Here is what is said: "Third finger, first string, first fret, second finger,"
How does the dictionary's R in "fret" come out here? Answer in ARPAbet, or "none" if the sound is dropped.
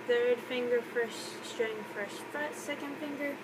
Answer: none